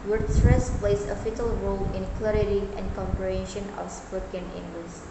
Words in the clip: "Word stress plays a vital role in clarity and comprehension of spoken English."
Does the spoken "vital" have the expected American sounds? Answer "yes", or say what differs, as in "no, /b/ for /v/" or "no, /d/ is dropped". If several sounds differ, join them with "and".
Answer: no, /f/ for /v/